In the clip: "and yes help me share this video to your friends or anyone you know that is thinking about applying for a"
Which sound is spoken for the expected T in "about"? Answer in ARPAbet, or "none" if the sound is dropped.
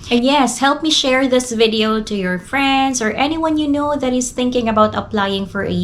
T